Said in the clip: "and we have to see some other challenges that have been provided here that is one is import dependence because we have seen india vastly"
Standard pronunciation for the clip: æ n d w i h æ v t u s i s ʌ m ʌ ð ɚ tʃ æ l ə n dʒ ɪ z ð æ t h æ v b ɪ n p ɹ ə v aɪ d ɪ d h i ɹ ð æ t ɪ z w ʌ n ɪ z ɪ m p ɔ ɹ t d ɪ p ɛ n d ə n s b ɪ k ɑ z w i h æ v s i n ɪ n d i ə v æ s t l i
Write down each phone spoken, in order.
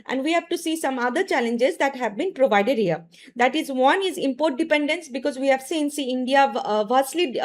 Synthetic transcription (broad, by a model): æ n d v i h æ v t u s i s ʌ m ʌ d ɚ tʃ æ l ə n dʒ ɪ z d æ t h æ v b ɪ n p ɹ ə v aɪ d ɪ d h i ɹ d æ t ɪ z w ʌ n ɪ z ɪ m p ɔ ɹ t d ɪ p ɛ n d ə n s b ɪ k ɑ z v i h æ v s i n ɪ n d i ə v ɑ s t l i